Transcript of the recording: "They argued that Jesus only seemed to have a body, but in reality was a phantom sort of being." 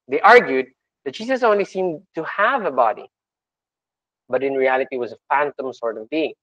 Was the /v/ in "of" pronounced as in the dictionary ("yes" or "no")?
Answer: yes